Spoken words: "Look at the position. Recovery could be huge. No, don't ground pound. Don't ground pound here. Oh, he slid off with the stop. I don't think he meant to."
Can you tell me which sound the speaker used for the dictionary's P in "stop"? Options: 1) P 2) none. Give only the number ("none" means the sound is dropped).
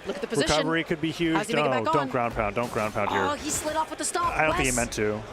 2